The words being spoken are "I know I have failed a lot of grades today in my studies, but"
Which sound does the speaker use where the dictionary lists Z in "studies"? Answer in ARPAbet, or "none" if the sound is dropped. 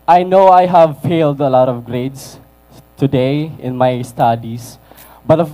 S